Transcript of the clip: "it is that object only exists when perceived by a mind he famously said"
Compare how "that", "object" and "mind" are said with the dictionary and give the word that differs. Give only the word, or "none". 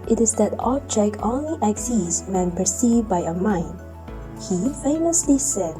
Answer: object